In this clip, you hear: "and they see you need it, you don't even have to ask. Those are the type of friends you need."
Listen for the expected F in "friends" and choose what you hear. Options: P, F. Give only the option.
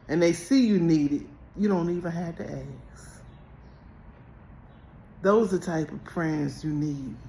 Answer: P